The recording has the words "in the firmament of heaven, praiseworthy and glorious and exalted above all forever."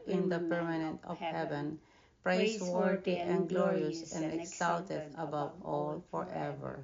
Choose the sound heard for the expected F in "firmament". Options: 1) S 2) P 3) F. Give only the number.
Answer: 2